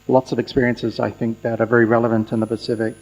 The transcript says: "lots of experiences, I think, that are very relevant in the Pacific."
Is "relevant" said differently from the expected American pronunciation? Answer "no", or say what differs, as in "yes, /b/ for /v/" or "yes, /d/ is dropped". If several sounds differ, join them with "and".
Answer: no